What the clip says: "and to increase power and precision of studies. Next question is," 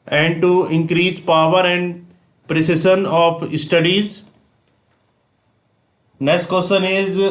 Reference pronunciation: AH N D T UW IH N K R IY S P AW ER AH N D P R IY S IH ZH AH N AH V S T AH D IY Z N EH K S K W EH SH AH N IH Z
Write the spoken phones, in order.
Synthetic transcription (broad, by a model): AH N D T UW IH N K R IY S P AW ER AH N D P R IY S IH SH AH N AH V S T AH D IY Z N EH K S K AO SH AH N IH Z